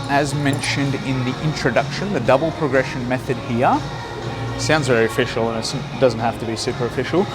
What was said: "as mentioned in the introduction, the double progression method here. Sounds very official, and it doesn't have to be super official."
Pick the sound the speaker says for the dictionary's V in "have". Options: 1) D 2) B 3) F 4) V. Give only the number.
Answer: 3